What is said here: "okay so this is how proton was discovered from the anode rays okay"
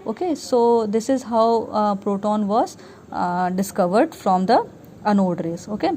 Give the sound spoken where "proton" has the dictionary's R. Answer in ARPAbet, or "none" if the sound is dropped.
R